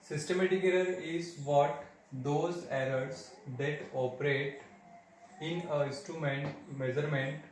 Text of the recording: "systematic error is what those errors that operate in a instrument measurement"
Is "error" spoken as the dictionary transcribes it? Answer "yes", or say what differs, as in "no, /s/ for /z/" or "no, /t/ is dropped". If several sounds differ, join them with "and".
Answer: no, /l/ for /ɹ/